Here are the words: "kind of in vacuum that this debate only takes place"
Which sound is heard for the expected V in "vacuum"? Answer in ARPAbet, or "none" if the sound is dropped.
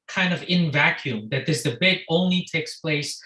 V